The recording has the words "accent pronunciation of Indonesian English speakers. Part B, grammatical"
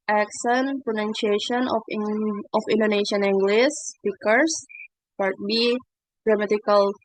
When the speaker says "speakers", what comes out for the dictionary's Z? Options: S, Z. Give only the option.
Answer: S